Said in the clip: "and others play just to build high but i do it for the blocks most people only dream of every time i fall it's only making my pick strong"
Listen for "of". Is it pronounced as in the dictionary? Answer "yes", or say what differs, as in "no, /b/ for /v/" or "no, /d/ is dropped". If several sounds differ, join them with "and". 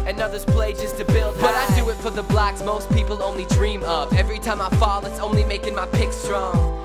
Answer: no, /p/ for /v/